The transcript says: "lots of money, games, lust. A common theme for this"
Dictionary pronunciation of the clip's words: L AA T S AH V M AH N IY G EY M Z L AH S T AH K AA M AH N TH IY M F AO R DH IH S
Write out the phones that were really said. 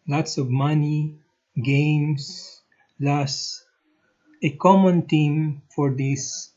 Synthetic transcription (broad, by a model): L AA T S AH V M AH N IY G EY M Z L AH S AH K AA M AH N T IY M F AO R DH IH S